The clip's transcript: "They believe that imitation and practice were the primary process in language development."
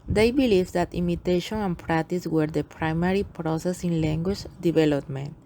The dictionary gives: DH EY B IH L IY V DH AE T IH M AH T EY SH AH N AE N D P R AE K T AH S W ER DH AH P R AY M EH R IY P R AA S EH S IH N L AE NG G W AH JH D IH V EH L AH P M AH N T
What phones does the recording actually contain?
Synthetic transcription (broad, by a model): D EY B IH L IY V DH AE T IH M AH T EY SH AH N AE N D P R AE K T AH S W ER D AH P R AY M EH R IY P R AA S EH S IH N L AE NG G W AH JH D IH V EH L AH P M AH N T